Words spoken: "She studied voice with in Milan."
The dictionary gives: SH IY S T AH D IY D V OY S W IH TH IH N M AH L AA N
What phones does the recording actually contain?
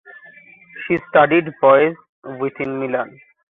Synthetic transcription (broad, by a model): SH IY S T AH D IY D B OY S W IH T IH N M AH L AA N